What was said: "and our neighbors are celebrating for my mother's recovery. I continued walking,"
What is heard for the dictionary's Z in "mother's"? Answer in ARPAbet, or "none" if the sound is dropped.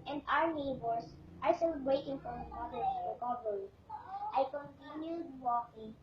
none